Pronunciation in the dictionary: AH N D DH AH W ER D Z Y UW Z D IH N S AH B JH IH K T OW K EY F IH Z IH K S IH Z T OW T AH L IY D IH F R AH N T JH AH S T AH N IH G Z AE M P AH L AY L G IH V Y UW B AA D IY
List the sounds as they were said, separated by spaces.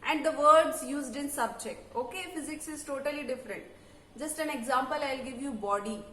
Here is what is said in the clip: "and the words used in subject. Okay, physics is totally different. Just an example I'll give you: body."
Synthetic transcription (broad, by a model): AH N D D AH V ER D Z Y UW Z D IH N S AH B JH IH K T OW K EY F IH Z IH K S IH Z T OW T AH L IY D IH F R AH N T JH AH S T AH N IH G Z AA M P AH L AY L G IH V Y UW B AA D IY